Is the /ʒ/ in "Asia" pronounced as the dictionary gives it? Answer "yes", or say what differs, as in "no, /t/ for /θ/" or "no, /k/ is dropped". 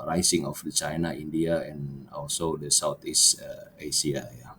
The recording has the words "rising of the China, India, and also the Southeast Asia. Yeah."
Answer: no, /s/ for /ʒ/